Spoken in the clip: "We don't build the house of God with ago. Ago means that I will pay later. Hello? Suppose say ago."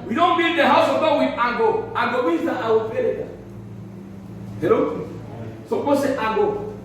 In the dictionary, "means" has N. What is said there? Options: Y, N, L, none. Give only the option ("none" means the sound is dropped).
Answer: none